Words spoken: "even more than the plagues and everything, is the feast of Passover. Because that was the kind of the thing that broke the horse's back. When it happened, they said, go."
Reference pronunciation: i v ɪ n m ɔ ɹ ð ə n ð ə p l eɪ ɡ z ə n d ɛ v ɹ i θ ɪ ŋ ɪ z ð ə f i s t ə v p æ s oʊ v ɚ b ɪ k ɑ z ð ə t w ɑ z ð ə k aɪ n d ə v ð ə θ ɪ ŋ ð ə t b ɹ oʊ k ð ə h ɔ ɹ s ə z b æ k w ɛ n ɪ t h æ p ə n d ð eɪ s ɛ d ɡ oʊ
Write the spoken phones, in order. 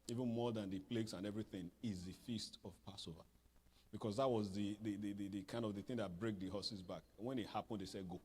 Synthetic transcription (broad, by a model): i v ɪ n m ɔ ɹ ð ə n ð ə p l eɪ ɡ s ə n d ɛ v ɹ i θ ɪ ŋ ɪ z ð ə f i s t ə v p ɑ s oʊ v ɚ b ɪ k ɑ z ð ə t w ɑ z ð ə k aɪ n d ə v ð ə θ ɪ ŋ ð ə t b ɹ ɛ k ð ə h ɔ s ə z b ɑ k w ɛ n ɪ t h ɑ p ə n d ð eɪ s ɛ d ɡ oʊ